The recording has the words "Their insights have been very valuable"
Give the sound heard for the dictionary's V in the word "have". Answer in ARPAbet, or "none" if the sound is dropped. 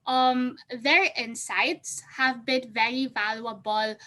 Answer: V